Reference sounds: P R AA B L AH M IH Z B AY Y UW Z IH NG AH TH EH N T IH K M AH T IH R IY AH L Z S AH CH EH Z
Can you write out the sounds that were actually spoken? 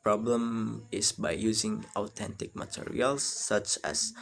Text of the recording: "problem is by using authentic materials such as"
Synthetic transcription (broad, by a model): P R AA B L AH M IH S B AY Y UW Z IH NG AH T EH N T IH K M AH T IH R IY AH L S AH CH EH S